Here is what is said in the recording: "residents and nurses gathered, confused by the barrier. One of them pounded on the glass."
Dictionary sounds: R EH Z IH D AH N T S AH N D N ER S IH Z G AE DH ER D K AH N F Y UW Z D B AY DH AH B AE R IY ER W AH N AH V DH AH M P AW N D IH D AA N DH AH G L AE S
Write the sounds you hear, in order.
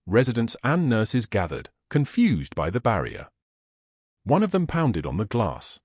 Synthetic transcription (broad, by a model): R EH Z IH D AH N T S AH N N ER S IH Z G AE DH ER D K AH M F Y UW Z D B AY DH AH B AE R IY ER W AH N AH V DH AH M P AW N D IH D N DH AH G L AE S